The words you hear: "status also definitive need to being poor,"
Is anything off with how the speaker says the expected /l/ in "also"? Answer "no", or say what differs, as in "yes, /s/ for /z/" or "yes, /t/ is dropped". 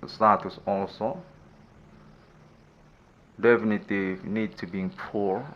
no